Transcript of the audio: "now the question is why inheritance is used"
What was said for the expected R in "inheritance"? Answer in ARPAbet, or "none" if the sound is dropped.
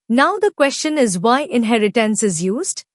R